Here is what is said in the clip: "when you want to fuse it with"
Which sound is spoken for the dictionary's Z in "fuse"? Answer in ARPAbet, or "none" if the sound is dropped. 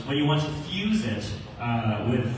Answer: Z